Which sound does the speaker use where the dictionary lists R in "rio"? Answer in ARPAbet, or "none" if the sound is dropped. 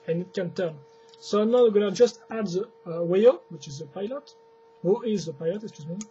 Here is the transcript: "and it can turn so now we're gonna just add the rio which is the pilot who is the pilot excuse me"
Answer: W